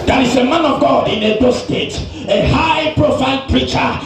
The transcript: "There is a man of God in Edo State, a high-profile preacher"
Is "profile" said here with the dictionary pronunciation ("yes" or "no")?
no